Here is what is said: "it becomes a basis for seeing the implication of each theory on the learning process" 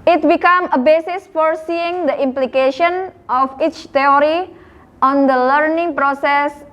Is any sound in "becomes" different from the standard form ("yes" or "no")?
yes